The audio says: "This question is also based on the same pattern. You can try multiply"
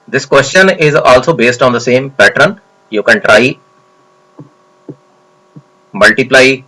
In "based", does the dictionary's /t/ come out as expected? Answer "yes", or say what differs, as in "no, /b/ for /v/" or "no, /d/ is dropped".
yes